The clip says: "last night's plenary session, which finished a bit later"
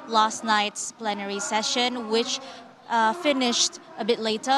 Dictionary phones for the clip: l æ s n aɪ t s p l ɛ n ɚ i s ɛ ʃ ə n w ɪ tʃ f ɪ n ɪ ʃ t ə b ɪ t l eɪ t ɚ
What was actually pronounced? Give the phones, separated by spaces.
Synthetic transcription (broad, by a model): l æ s n aɪ t s p l ɛ n ɚ i s ɛ ʃ ə n w ɪ tʃ f ɪ n ɪ ʃ t ə b ɪ t l eɪ t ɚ